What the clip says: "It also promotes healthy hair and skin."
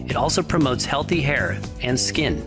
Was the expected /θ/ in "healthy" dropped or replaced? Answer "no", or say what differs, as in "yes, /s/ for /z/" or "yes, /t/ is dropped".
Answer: no